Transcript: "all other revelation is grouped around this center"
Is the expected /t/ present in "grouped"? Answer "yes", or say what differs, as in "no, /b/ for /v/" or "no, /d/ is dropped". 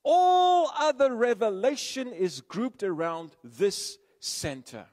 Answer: yes